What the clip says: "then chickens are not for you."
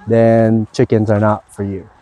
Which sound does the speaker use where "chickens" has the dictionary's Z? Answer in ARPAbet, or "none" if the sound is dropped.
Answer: Z